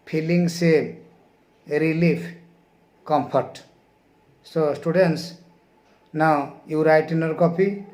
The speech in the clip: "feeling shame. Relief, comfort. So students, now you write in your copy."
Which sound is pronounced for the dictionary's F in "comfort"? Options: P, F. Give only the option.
P